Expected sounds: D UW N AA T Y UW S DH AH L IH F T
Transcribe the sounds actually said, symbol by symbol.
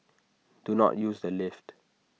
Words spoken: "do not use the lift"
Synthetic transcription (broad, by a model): D UW N AA T Y UW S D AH L IH F T